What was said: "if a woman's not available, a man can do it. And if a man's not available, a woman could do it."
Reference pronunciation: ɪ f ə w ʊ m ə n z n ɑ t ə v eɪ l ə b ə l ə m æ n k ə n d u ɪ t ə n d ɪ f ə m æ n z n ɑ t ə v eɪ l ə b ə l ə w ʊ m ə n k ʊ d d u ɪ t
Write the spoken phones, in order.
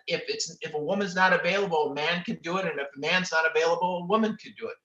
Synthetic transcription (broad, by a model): ɪ f ə w ʊ m ə n z n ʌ t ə v eɪ l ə b l ə m æ n k ə n d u ɪ t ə n ɪ f ə m æ n z n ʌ t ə v eɪ l ə b l ə w ʊ m ə n k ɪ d d u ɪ t